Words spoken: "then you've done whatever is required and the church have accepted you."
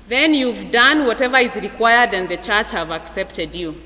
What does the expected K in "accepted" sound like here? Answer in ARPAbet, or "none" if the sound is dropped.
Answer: K